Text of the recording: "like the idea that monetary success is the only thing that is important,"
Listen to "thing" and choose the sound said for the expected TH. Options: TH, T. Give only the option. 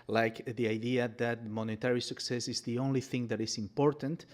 TH